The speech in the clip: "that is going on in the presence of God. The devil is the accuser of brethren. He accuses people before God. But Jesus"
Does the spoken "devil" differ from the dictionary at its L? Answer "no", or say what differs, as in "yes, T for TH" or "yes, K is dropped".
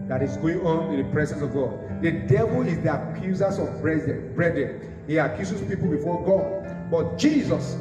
no